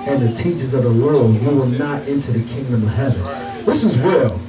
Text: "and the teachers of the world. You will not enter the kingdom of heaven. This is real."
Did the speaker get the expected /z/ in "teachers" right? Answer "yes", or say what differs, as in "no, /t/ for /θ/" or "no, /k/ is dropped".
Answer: yes